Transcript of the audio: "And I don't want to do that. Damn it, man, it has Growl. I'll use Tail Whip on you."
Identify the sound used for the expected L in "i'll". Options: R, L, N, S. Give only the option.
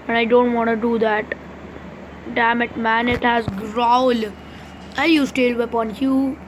N